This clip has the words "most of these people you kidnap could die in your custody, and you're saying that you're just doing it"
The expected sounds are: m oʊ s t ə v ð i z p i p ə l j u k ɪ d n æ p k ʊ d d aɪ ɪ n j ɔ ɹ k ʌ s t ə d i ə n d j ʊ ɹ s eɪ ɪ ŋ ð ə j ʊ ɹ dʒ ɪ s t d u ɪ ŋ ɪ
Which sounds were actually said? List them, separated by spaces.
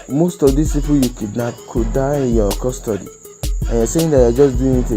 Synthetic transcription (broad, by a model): m oʊ s t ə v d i s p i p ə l j u k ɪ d n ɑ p k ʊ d d aɪ ɪ n j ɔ k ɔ s t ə d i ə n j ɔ s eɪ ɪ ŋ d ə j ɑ dʒ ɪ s d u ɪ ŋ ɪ